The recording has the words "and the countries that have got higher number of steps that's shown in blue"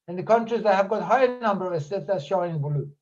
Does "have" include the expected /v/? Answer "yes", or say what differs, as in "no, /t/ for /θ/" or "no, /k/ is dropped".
yes